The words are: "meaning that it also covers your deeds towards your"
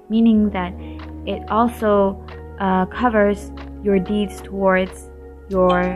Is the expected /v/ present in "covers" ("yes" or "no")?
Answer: yes